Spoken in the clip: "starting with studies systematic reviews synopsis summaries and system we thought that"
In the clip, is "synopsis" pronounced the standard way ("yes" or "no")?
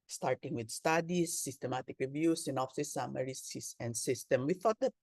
no